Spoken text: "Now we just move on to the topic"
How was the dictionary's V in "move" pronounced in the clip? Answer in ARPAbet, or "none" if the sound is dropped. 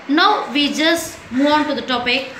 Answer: none